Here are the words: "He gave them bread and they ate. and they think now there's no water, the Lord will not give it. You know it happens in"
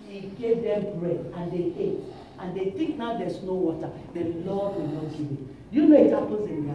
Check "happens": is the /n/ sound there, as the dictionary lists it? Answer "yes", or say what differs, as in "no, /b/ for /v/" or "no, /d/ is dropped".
no, /n/ is dropped